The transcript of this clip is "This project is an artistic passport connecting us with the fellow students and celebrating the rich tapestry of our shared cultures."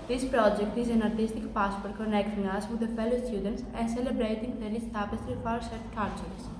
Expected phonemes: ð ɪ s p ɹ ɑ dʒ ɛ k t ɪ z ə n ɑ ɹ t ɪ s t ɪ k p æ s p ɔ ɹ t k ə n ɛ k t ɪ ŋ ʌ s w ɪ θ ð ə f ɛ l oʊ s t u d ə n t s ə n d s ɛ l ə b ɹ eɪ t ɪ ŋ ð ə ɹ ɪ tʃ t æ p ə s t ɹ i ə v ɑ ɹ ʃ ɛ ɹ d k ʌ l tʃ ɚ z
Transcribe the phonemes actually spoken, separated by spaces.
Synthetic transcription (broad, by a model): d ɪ s p ɹ ɑ dʒ ɛ k t ɪ z ə n ɑ ɹ t ɪ s t ɪ k p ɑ s p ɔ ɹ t k ə n ɛ k t ɪ ŋ ʌ s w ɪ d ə f ɛ l oʊ s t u d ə n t s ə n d s ɛ l ə b ɹ eɪ t ɪ ŋ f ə l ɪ s t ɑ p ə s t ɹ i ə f ɑ ɹ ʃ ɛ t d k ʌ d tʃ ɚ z